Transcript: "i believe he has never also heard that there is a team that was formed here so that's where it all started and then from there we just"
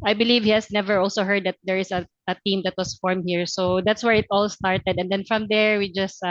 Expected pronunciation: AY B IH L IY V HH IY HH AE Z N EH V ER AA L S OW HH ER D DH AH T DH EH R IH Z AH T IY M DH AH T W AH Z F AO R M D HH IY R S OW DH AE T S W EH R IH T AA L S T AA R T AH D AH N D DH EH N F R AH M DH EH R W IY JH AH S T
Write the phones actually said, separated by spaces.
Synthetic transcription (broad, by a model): AY B IH L IY V HH IY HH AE S N EH V ER AA L S OW HH ER D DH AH T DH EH R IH S AH T IY M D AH T W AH S F AO R M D HH IY R S OW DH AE T S W EH R IH T AA L S T AA R T AH D AH N D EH N F R AH M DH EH R W IY JH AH S T